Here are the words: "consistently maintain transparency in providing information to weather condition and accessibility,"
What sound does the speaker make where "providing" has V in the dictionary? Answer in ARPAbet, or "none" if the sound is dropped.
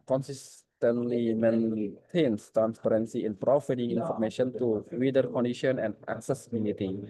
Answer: F